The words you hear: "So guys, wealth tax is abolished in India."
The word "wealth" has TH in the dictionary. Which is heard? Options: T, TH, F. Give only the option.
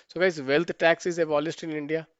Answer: T